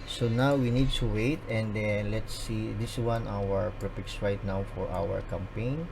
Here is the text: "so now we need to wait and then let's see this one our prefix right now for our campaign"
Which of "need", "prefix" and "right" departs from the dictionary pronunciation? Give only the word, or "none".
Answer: prefix